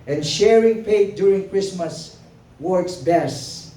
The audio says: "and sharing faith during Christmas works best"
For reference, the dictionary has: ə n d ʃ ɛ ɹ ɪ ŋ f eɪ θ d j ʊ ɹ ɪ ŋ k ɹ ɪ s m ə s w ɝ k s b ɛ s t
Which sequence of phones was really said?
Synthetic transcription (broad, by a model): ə n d ʃ ɛ ɹ ɪ ŋ p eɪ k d j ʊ ɹ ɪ ŋ k ɹ ɪ s m ə s w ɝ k s b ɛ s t